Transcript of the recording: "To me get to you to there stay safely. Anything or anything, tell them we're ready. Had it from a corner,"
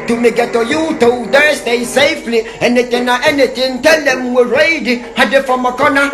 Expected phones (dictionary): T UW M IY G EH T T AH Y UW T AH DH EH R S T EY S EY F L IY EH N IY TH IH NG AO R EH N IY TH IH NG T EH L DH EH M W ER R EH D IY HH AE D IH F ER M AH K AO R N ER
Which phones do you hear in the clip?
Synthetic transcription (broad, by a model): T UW M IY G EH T T AH Y UW T AH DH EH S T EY S EY F L IY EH N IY T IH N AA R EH N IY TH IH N T EH L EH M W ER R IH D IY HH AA D IH F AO M AH K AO N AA